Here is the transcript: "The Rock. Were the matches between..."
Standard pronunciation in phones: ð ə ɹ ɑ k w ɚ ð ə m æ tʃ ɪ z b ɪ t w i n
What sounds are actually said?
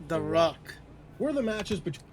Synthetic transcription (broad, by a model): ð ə ɹ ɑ k w ɚ ð ə m æ tʃ ɪ z b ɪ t